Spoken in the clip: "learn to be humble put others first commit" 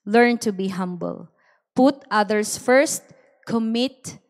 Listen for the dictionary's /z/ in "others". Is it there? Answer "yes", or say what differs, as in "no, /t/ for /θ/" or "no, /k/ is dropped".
no, /s/ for /z/